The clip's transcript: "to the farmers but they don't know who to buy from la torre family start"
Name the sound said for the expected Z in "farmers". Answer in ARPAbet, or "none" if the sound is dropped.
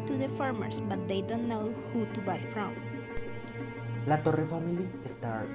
S